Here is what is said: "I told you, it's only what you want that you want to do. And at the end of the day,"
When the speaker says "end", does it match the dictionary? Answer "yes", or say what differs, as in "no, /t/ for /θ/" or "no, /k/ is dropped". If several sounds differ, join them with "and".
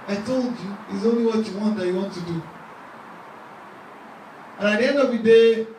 no, /d/ is dropped